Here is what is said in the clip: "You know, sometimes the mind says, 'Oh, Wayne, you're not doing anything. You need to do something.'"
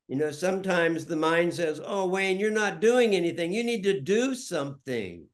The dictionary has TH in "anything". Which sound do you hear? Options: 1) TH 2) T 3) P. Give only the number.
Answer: 1